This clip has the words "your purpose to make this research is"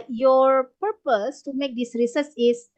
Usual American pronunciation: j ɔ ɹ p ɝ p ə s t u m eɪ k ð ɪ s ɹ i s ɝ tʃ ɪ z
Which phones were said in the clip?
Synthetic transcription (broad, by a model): j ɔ ɹ p ɝ p ə s t u m eɪ k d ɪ s ɹ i s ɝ s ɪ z